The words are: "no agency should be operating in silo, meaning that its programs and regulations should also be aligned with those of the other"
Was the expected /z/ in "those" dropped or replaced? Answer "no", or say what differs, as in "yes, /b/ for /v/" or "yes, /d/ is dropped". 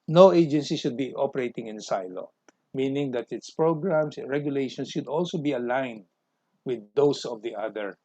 yes, /s/ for /z/